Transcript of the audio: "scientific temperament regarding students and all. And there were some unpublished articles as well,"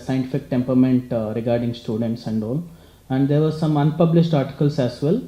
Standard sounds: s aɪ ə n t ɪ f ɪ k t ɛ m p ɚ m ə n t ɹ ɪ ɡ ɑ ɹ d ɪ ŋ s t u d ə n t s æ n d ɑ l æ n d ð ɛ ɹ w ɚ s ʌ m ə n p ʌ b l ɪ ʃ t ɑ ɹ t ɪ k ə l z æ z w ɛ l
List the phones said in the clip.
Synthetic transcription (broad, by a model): s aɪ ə n t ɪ f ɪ k t ɛ m p ɚ m ə n t ɹ ɪ ɡ ɑ ɹ d ɪ ŋ s t u d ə n t s æ n d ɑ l æ n d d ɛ ɹ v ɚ s ʌ m ə n p ʌ b l ɪ ʃ t ɑ ɹ t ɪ k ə l s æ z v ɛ l